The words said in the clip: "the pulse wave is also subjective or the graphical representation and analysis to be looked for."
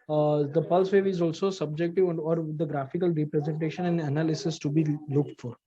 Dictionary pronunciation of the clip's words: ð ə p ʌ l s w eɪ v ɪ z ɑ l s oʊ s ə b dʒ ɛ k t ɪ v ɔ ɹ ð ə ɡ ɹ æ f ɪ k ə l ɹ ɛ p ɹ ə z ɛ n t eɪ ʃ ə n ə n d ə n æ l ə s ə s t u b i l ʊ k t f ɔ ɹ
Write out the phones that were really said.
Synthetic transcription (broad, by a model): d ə p ʌ l s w eɪ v ɪ z ɑ l s oʊ s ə b dʒ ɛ k t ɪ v ɔ ɹ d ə ɡ ɹ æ f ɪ k ə l ɹ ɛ p ɹ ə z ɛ n t eɪ ʃ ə n ə n d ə n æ l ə s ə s t u b i l ʊ k t f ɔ ɹ